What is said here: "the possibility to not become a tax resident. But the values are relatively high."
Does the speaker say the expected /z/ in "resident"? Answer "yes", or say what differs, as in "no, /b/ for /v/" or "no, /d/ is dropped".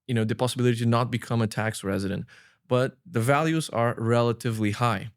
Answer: yes